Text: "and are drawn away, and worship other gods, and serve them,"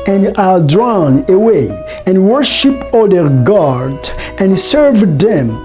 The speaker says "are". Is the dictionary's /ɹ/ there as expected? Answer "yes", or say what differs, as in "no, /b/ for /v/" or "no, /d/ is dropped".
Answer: no, /l/ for /ɹ/